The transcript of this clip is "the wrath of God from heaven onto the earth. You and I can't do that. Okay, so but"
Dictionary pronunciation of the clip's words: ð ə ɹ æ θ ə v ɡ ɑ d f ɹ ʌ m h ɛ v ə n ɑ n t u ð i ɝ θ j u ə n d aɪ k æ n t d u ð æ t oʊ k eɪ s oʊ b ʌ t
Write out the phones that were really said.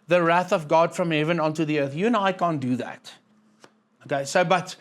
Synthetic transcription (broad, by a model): ð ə ɹ æ θ ə v ɡ ɑ d f ɹ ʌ m h ɛ v ə n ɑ n t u ð i ɝ θ j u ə n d aɪ k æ n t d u ð æ t oʊ k eɪ s oʊ b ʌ t